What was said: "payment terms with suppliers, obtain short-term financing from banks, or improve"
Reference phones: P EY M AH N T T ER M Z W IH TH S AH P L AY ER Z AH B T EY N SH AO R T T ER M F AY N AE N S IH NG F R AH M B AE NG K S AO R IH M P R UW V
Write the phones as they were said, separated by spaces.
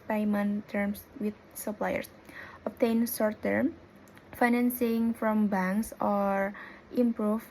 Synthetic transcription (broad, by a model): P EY M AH N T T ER M S W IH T S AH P L AY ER S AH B T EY N S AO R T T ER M F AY N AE N S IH NG F R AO M B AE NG K S AO R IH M P R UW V